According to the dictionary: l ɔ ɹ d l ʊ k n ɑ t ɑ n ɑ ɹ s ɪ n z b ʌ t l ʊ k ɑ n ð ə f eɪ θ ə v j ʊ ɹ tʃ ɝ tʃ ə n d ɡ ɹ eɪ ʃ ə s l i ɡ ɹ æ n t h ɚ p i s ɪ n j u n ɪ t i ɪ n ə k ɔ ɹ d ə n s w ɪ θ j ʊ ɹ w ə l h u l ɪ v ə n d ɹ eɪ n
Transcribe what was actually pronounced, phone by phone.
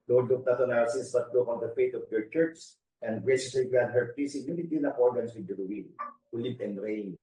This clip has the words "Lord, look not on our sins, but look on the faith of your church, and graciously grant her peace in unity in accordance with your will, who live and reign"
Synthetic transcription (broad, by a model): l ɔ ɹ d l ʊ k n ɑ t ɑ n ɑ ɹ s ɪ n s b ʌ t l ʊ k ɑ n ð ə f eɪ t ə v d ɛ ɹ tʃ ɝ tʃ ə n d ɡ ɹ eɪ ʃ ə s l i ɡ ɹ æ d h ɚ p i s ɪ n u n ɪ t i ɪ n ə k ɔ ɹ d ə n s w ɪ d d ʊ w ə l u l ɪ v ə n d ɹ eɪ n